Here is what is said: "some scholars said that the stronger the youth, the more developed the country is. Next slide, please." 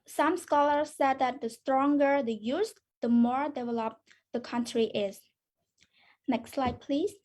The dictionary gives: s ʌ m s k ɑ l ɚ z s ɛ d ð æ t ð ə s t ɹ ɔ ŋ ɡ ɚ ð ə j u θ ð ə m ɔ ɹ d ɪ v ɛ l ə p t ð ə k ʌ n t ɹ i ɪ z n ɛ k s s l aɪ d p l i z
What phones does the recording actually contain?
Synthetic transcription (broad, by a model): s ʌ m s k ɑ l ɚ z s ɛ d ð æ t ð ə s t ɹ ɔ ŋ ɡ ɚ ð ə j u s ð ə m ɔ ɹ d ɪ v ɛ l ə p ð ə k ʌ n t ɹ i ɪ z n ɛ k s s l aɪ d p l i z